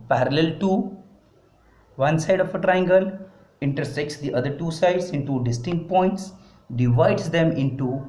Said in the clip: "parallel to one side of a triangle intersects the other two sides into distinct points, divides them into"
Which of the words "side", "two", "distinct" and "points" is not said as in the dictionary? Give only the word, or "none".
none